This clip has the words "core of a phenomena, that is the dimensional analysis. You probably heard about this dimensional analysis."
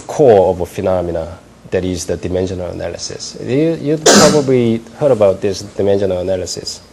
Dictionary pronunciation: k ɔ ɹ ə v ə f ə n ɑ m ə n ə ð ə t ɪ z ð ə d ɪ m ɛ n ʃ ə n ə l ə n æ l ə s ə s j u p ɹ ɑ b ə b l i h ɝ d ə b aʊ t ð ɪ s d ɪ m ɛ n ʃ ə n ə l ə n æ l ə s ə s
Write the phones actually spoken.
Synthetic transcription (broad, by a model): k ɔ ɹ ə v ə f ə n ɑ m ə n ə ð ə t ɪ z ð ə d ɪ m ɛ n ʃ ə n ə l ə n æ l ə s ə s j u p ɹ ɑ b ə b l i h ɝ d ə b aʊ t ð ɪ s d ɪ m ɛ n ʃ ə n ə l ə n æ l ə s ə s